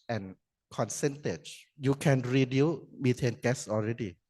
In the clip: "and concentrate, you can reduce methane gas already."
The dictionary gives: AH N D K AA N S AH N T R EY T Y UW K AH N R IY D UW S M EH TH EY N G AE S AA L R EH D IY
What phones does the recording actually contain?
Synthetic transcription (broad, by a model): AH N K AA N S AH N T EY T Y UW K AH N R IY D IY M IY T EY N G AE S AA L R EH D IY